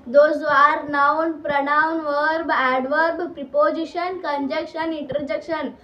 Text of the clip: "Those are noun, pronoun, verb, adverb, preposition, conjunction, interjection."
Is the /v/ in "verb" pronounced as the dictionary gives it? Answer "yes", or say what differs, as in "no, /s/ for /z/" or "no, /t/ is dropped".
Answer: yes